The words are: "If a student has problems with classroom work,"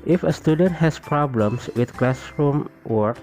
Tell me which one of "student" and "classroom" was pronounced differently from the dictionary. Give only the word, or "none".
none